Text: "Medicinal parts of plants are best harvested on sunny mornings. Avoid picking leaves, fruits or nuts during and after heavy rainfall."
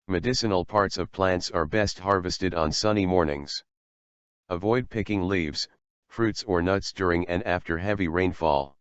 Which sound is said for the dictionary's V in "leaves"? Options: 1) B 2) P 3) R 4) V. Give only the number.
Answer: 4